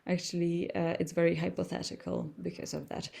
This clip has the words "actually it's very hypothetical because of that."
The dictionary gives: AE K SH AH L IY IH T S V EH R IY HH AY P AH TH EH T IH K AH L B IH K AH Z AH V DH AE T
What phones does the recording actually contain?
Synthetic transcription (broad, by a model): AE K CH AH L IY IH T S V EH R IY HH AY P AH TH EH T IH K AH L B IH K AH Z AH V DH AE T